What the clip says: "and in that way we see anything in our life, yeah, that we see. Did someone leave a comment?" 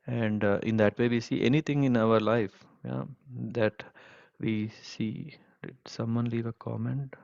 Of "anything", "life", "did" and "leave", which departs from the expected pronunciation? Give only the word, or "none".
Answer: anything